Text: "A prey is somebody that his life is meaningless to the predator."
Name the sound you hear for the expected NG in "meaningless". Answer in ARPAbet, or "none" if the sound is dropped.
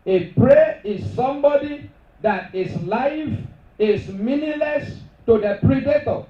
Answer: none